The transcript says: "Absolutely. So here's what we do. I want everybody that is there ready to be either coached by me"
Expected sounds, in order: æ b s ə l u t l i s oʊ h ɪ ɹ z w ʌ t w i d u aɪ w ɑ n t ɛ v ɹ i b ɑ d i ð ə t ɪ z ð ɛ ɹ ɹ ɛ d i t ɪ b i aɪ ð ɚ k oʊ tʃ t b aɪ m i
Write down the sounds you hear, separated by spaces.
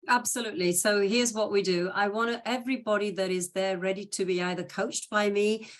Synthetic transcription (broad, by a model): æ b s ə l u t l i s oʊ h ɪ ɹ z w ʌ t w i d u aɪ w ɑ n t ɛ v ɹ i b ɑ d i ð ə t ɪ z ð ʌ ɹ ɹ ɛ d i t ɪ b i aɪ ð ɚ k oʊ tʃ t b aɪ m i